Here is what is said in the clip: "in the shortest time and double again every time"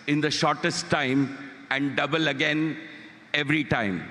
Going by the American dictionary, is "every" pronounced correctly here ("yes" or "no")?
yes